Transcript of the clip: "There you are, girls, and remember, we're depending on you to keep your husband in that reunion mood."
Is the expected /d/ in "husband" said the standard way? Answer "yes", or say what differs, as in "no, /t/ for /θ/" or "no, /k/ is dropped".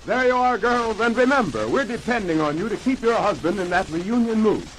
yes